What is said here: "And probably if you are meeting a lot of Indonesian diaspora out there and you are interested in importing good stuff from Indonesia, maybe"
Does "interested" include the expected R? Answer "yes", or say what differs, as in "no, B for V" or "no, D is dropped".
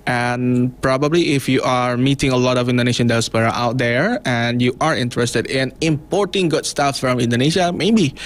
yes